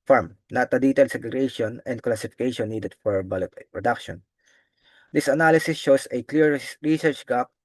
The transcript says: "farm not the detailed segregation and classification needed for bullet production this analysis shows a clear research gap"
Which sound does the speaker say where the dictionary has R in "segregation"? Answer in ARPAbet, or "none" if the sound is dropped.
none